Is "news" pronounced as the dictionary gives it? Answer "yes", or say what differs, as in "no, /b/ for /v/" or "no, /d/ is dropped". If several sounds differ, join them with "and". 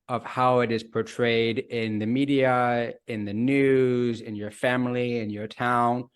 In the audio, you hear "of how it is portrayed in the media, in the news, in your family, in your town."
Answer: yes